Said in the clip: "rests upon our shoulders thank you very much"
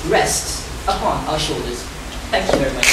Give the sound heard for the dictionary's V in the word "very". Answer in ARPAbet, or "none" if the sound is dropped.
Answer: V